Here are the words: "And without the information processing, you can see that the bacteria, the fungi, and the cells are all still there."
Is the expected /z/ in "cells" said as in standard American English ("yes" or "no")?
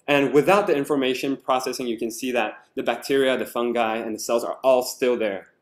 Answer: yes